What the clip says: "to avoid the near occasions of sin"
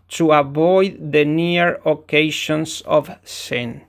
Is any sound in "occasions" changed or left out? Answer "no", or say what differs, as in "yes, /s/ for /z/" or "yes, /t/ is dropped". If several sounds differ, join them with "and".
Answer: yes, /ʃ/ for /ʒ/ and /s/ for /z/